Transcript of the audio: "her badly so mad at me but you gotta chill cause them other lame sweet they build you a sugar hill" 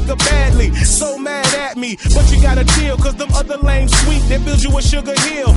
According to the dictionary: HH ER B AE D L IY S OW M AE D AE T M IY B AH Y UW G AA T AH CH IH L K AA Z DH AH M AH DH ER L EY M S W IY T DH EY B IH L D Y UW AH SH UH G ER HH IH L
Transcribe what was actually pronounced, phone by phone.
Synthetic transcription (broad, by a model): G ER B AE D L IY S OW M AE D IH T M IY B AH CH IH G AA T AH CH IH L K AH Z DH AH M AH DH ER L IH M S W IY T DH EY B IH L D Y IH AH SH UH G ER HH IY L